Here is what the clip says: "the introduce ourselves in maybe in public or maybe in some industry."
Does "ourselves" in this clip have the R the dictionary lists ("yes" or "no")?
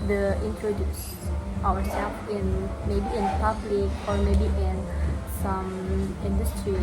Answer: no